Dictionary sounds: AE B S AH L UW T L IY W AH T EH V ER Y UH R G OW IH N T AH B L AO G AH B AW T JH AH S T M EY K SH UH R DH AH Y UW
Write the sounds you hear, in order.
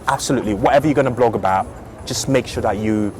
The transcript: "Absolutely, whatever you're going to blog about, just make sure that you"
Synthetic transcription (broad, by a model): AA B S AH L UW T L IY W AH T EH V ER Y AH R G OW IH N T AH B L AO G AH B AW T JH AH S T M EY K SH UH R DH AH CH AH